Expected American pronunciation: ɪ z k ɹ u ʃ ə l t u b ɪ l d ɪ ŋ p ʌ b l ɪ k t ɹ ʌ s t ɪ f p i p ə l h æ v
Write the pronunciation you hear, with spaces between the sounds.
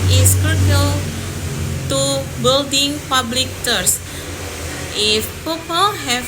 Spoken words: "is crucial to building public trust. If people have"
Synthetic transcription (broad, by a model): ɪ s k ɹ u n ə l t u b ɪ l d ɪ ŋ p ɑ b l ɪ k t ʌ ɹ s ɪ f p i p ə l h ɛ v